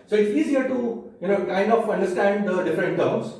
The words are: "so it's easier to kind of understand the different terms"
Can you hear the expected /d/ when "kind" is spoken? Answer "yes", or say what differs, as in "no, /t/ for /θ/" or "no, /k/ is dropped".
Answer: no, /d/ is dropped